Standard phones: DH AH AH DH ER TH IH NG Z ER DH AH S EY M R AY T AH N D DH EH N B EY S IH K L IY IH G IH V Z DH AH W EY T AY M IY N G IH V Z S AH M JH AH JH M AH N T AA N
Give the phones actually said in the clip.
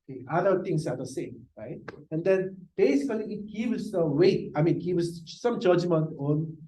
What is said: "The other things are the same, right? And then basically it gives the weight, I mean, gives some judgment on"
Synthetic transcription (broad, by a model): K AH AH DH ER T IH NG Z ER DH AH S EY M R AY T AH N D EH N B EY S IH K L IY IH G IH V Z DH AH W EY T AY M IY N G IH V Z S AH M JH AH JH M AH N T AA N